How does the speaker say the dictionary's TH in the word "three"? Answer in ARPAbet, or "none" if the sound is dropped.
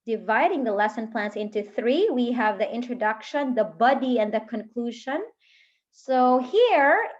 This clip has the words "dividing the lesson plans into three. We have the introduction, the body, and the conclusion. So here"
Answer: TH